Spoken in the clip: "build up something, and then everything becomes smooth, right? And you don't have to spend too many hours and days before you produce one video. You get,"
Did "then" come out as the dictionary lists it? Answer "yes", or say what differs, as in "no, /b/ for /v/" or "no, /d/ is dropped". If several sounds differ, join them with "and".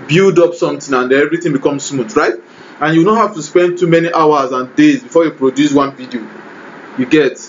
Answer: no, /n/ is dropped